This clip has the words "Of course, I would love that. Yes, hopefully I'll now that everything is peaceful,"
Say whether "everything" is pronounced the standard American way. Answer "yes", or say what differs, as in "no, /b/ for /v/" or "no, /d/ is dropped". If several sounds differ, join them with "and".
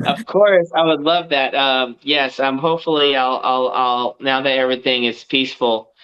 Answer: yes